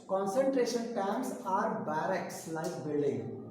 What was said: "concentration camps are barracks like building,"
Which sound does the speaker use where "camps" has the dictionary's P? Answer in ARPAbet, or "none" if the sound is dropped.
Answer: none